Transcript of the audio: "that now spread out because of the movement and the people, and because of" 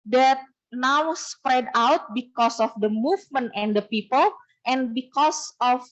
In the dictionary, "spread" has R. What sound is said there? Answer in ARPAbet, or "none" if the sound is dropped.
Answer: R